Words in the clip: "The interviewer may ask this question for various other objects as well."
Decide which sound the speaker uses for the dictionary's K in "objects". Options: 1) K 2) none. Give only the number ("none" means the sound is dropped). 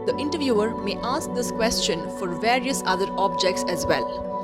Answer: 1